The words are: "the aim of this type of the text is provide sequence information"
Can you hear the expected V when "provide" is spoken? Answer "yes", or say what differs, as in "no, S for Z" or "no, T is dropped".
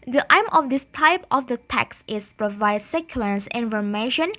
yes